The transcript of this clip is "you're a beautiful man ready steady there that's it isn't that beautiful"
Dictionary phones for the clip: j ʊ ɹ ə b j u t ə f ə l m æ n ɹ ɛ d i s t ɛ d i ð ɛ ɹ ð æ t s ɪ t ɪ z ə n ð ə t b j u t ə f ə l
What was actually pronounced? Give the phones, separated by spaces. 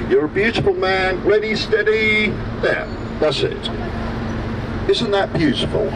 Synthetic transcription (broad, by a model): j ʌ ɹ ə b j u t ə f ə l m æ n l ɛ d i s t ɛ d i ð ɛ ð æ t s ɪ t ɪ z ə n ð ə t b j u t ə f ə l